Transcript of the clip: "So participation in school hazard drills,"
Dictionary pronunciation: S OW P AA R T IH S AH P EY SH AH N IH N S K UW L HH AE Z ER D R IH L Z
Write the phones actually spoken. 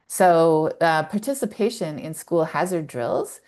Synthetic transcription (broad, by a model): S OW P AA R T IH S AH P EY SH AH N IH N S K UW L HH AE Z ER D R IH L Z